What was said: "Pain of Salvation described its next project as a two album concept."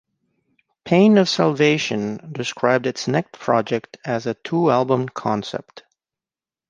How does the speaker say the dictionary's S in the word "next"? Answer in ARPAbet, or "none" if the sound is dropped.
none